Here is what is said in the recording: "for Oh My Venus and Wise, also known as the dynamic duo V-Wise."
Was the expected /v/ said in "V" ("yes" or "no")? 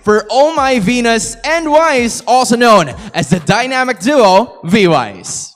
yes